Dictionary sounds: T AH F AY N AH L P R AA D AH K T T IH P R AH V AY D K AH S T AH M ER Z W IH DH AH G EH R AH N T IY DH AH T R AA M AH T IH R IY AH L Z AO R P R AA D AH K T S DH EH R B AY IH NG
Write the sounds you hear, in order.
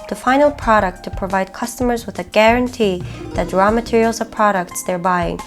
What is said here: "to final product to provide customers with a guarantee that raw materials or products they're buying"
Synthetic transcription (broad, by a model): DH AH F AY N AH L P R AA D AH K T T IH P R AH V AY D K AH S T AH M ER Z W IH DH AH G EH R AH N T IY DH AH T R AA M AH T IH R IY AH L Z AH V P R AA D AH K T S DH EH R B AY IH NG